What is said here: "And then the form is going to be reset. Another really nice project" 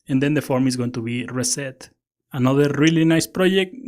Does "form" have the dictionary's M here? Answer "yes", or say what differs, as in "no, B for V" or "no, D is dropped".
yes